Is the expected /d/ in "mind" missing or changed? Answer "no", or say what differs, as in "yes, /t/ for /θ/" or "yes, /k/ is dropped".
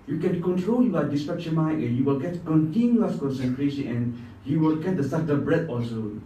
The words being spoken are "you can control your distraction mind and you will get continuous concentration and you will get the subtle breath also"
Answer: yes, /d/ is dropped